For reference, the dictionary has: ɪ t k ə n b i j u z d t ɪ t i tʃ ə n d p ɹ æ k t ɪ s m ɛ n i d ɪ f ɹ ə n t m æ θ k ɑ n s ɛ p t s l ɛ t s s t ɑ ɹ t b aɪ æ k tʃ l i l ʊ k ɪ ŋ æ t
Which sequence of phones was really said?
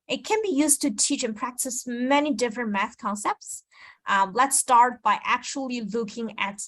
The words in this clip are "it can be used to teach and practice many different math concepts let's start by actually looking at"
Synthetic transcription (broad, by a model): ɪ t k ə n b i j u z t ɪ t i tʃ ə n p ɹ æ k t ɪ s m ɛ n i d ɪ f ɹ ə n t m æ θ k ɑ n s ɛ p t s l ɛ t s s t ɑ ɹ t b aɪ æ k tʃ l i l ʊ k ɪ ŋ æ t